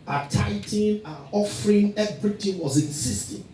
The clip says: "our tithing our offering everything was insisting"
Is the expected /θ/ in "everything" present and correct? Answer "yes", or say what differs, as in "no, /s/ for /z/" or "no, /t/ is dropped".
no, /t/ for /θ/